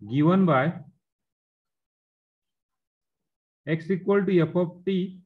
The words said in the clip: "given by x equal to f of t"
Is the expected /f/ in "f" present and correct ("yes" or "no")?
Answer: no